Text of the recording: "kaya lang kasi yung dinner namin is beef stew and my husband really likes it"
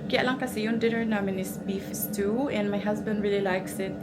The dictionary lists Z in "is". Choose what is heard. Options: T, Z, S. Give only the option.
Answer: S